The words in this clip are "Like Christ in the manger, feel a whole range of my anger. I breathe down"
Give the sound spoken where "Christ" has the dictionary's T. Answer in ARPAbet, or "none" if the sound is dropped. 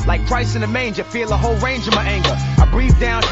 none